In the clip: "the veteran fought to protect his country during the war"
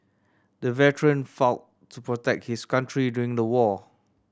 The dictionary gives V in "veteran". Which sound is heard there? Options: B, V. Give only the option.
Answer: V